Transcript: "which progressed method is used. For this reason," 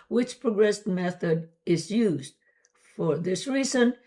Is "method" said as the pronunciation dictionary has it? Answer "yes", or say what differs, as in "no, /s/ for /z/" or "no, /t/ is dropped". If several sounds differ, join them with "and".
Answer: yes